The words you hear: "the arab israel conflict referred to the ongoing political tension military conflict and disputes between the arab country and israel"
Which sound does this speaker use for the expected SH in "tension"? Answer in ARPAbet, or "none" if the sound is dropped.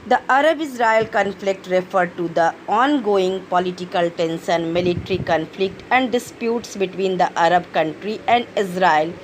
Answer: S